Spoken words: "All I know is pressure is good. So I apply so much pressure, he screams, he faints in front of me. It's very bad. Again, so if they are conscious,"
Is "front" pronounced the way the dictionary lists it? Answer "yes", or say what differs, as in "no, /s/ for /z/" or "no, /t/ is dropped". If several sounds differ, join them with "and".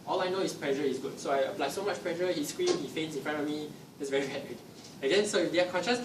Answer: no, /t/ is dropped